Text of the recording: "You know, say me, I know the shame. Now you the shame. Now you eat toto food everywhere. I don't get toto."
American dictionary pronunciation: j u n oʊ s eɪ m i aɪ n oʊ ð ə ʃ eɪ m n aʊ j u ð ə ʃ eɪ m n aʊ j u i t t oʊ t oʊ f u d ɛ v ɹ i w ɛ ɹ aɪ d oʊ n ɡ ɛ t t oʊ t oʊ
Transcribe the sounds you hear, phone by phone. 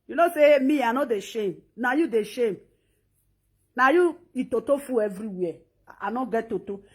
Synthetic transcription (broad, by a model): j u n oʊ s eɪ m i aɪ n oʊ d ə ʃ eɪ m n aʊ j u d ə ʃ eɪ m n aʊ j u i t t oʊ t oʊ f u ɛ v ɹ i w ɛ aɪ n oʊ ɡ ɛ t t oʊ t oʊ